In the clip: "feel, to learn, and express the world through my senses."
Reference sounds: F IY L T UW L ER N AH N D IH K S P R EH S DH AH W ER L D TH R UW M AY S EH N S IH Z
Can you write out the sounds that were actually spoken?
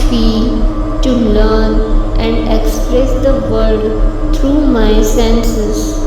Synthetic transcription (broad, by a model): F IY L T UW L ER N AH N D IH K S P R EH S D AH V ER D T R UW M AY S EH N S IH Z